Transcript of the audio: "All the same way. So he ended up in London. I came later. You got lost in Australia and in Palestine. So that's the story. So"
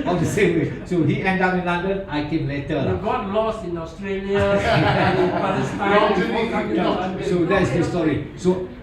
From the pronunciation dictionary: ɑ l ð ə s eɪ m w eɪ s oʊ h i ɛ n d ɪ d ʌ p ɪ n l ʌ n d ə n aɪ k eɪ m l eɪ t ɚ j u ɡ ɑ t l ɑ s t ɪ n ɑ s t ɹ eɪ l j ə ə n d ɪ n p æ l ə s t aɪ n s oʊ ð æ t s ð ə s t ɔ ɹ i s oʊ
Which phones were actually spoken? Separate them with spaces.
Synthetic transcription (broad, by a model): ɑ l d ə s eɪ m w eɪ s oʊ h i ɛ n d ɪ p ɪ n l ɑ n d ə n aɪ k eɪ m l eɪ t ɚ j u ɡ ɑ t l ɑ s ɪ n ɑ s t ɹ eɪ l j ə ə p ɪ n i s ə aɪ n s oʊ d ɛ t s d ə s t ɔ ɹ i s oʊ